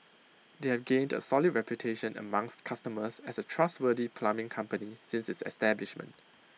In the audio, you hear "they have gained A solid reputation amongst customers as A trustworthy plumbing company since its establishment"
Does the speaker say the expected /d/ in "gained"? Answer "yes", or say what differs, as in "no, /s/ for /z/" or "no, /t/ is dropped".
yes